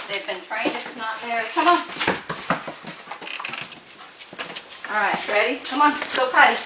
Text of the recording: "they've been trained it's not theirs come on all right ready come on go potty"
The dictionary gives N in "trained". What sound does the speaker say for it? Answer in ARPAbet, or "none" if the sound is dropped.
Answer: none